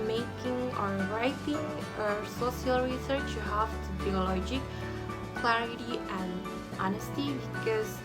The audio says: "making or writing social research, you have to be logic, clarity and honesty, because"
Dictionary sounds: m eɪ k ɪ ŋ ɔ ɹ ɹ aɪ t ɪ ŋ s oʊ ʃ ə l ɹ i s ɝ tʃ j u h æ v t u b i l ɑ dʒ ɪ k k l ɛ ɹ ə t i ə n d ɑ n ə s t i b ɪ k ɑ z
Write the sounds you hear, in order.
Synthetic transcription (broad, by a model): m eɪ k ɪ ŋ ɔ ɹ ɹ aɪ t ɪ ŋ s oʊ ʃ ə l ɹ i s ɝ tʃ j u h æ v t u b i l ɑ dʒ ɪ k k l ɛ ɹ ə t i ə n ɑ n ə s t i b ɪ k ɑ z